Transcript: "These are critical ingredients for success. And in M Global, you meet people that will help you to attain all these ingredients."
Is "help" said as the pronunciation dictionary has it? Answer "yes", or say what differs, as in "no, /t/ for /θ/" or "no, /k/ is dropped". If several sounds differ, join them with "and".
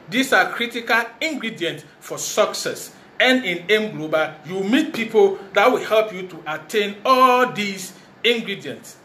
yes